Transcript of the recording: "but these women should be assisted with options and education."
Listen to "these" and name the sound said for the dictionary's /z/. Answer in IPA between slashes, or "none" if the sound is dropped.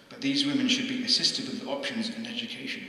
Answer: /z/